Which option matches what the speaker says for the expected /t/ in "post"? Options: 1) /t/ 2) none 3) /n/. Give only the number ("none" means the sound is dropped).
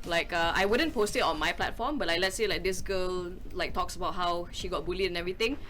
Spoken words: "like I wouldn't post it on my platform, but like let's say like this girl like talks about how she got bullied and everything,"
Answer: 1